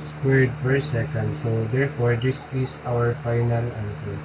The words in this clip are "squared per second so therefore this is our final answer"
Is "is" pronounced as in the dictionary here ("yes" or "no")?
no